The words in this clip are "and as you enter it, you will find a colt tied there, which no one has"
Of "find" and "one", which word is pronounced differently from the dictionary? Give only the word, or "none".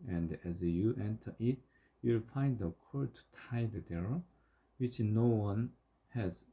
none